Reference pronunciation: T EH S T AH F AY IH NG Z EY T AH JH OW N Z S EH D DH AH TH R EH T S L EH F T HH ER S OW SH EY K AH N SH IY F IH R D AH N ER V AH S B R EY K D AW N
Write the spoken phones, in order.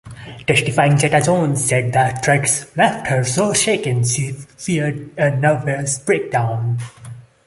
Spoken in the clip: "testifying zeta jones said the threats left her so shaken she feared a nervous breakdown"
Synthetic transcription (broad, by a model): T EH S T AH F AY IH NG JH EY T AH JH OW N S EH D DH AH T R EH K S L EH F T HH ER S OW SH EY K AH N SH IY F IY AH D AH N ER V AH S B R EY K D AW N